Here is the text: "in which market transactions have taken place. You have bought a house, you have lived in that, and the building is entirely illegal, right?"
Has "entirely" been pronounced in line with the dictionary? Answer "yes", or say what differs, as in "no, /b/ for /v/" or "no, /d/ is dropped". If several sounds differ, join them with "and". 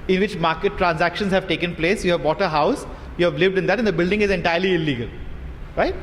yes